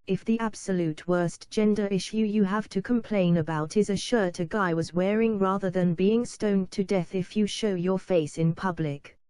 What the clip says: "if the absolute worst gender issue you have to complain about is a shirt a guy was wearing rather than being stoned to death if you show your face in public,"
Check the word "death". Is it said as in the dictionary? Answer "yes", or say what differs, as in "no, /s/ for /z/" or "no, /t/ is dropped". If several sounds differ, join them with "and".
yes